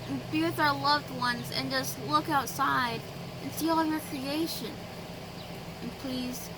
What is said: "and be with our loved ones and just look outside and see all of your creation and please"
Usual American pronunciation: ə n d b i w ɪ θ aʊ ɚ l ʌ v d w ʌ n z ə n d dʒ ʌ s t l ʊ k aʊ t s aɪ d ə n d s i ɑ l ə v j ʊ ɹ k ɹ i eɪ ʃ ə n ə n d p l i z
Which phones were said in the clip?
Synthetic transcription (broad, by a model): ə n b i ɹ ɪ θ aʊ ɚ l ʌ v d w ʌ n z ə n dʒ ʌ s t l ʊ k aʊ t s aɪ d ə n s i ɑ l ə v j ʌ ɹ k ɹ i eɪ ʃ ə n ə n p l i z